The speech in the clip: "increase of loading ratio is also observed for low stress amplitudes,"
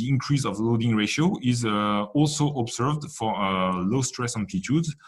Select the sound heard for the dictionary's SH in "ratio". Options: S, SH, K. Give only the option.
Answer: SH